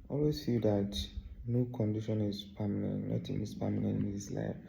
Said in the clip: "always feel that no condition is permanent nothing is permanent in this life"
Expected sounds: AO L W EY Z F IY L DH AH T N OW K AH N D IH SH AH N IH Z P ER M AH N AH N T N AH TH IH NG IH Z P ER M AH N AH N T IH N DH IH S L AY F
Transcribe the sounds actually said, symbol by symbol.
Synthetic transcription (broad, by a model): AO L W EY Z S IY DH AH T N OW K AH N D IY SH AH N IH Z P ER M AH N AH N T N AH T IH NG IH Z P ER M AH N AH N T IH N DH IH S L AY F